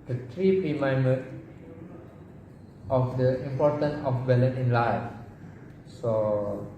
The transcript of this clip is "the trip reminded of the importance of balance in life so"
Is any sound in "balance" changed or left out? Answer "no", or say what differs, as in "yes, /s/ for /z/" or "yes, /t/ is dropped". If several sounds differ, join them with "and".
yes, /s/ is dropped